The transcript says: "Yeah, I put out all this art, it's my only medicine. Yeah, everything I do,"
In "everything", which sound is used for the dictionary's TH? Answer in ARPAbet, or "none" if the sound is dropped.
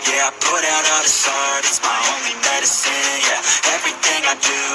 TH